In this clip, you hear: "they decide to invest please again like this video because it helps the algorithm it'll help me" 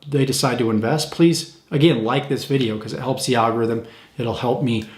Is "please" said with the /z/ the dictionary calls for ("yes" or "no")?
yes